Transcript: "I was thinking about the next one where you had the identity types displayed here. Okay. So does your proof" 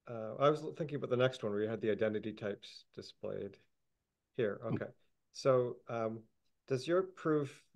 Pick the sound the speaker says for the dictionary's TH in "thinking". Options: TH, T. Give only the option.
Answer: TH